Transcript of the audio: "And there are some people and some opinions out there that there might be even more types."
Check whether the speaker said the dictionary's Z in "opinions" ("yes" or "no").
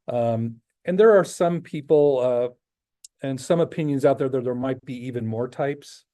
yes